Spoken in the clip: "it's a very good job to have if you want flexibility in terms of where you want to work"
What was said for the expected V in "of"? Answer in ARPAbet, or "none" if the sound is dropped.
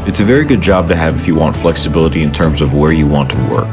V